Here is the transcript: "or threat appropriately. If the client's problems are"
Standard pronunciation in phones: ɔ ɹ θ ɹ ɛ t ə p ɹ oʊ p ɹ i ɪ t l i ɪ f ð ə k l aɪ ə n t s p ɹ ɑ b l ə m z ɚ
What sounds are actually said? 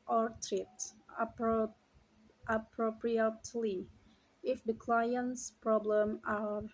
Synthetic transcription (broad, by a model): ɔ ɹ t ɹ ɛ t ə p ɹ oʊ p ɹ i ɪ t l i ɪ f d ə k l aɪ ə n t s p ɹ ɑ b l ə m ɚ